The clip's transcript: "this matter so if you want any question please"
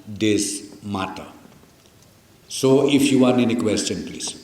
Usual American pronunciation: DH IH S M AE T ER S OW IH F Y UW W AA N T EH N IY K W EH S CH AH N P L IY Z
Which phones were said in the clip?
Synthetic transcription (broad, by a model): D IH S M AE T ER S OW IH F Y UW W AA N EH N IY K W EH S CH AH N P L IY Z